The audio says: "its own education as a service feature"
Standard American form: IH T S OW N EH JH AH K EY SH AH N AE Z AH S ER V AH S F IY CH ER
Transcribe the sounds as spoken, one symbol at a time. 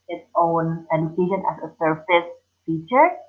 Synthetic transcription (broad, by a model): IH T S OW N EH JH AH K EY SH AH N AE S AH S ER F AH S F IY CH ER